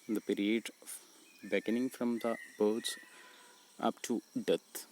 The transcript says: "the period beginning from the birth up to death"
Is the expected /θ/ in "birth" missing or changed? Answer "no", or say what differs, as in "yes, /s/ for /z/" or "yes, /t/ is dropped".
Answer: yes, /s/ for /θ/